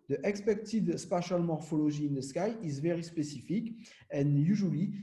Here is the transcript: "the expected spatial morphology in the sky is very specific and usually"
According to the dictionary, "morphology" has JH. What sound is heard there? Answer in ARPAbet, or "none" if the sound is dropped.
ZH